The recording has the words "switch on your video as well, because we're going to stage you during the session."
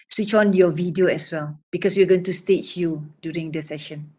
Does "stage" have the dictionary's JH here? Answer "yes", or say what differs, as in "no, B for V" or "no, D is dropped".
no, CH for JH